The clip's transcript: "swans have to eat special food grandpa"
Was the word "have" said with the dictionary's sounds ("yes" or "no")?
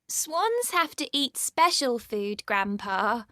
no